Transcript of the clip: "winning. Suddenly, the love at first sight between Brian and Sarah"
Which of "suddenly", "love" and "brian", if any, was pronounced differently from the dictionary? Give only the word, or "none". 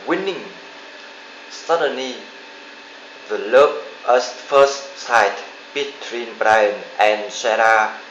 love